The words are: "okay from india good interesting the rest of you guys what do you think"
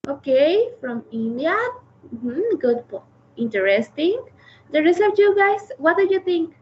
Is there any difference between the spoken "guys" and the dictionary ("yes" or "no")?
yes